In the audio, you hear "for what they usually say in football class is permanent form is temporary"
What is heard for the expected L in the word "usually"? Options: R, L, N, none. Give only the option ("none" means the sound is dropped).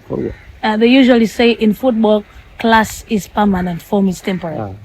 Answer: L